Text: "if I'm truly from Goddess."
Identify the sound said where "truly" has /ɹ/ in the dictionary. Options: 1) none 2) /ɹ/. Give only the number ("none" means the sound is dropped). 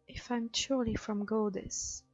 1